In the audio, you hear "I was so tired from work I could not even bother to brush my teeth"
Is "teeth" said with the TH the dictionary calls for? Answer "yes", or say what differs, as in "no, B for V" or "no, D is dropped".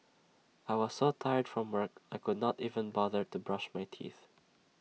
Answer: yes